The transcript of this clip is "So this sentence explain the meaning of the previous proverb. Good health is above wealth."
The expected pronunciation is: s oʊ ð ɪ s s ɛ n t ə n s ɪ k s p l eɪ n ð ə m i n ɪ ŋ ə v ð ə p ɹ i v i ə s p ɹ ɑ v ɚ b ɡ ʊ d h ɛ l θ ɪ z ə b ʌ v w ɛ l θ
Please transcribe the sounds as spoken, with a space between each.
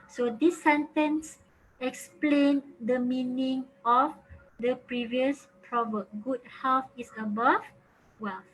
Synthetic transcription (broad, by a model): s oʊ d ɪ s s ɛ n t ə n s ɪ k s p l eɪ n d ə m i n ɪ ŋ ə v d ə p ɹ i v i ə s p ɹ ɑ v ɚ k ɡ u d h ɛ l f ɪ s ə b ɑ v w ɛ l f